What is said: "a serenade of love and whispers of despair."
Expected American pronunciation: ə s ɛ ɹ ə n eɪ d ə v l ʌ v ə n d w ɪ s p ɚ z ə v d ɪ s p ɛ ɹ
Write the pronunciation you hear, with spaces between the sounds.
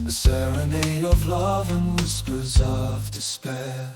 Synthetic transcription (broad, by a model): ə s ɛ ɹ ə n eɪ ə v l ʌ v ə n w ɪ s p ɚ z ə v d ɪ s p ɛ